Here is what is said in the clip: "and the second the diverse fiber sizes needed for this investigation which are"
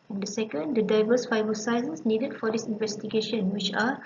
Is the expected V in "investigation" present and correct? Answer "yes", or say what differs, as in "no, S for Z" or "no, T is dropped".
yes